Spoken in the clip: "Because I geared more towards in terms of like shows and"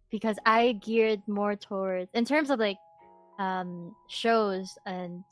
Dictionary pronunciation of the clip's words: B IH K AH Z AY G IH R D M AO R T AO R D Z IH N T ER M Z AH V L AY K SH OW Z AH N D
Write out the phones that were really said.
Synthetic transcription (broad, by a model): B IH K AH Z AY G IH R D M AO R T AO R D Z IH N T ER M Z AH V L AY K SH OW Z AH N